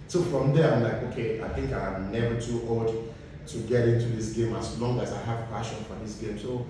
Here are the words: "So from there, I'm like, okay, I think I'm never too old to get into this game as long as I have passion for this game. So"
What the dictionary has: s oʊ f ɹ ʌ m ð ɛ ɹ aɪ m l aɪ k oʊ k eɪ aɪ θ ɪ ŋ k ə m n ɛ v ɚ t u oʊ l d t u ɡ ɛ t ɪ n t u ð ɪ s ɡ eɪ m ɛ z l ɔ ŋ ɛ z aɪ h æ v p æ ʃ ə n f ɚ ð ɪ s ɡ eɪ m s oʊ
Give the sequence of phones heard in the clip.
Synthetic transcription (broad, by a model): s oʊ f ɹ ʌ m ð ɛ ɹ aɪ m l aɪ k oʊ k eɪ aɪ θ ɪ ŋ k ə m n ɛ v ɚ t u oʊ l d t u ɡ ɛ t ɪ n t u ð ɪ s ɡ eɪ m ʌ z l ɔ ŋ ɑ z aɪ h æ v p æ ʃ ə n f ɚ ð ɪ s ɡ eɪ m s oʊ